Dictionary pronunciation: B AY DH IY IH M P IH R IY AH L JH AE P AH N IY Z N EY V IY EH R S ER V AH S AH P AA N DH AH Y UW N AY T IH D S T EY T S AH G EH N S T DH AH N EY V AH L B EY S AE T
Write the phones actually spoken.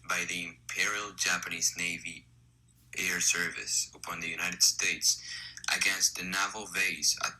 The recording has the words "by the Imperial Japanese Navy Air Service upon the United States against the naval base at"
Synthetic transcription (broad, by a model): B AY DH IY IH M P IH R IY L JH AE P AH N IY Z N EY V IY EH R S ER V AH S AH P AA N DH AH Y UW N AY T IH D S T EY T S AH G EH N S T DH AH N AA V L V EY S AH